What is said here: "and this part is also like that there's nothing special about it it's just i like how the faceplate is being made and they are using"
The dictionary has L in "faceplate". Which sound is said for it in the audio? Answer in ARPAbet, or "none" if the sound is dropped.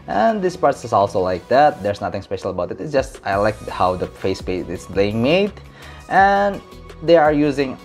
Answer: none